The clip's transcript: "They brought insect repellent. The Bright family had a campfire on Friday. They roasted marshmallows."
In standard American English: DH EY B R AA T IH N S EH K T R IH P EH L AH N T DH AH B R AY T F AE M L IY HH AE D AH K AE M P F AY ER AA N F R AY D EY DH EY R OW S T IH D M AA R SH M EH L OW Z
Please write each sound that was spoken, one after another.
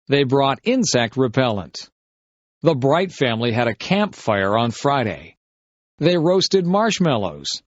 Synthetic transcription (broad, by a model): DH EY B R AA T IH N S EH K T R IH P EH L AH N T DH AH B R AY T F AE M L IY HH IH D AH K AE M P F AY ER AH N F R AY D EY DH EY R OW S T IH D M AA R SH M EH L OW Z